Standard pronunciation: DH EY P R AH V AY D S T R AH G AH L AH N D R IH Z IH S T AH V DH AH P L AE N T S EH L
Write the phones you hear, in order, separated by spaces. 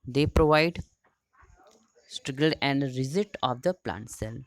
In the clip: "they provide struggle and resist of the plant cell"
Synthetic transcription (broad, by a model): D EY P R AH V AY D S T R AH G AH L AH N D R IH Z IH T AH V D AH P L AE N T S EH L